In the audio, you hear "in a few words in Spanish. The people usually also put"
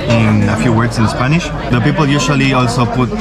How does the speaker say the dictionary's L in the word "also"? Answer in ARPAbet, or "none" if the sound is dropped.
L